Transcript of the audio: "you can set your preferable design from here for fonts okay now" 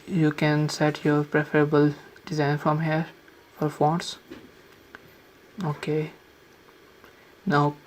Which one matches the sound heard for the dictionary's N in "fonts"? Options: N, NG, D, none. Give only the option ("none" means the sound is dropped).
none